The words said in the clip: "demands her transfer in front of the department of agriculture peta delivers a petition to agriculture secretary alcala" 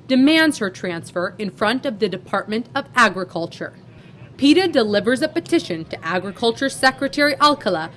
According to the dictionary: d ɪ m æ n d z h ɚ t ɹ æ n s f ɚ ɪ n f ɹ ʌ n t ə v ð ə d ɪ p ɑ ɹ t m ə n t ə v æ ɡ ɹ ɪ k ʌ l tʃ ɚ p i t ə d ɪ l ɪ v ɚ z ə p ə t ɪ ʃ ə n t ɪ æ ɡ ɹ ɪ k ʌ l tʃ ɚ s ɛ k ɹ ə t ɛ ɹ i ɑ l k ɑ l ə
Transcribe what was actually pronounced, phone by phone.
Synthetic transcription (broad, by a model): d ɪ m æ n d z h ɚ t ɹ æ n s f ɚ ɪ n f ɹ ʌ n t ə v ð ə d ɪ p ɑ ɹ t m ə n t ə v æ ɡ ɹ ɪ k ʌ l tʃ ɚ p i t ə d ɪ l ɪ v ɚ z ə p ə t ɪ ʃ ə n t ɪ æ ɡ ɹ ɪ k ʌ l tʃ ɚ s ɛ k ɹ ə t ɛ ɹ i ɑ l k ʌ l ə